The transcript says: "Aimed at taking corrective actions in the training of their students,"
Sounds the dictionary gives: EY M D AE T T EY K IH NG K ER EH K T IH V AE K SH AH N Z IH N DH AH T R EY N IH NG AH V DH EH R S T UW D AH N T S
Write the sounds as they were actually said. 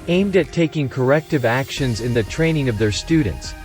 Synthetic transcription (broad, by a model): EY M D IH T T EY K IH NG K ER EH K T IH V AE K SH AH N Z IH N DH AH T R EY N IH NG AH V DH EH R S T UW D N T S